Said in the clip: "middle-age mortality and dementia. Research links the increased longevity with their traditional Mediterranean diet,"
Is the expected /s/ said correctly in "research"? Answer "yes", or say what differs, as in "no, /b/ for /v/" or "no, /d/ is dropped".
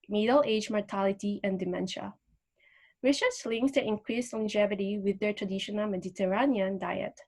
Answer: no, /ʃ/ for /s/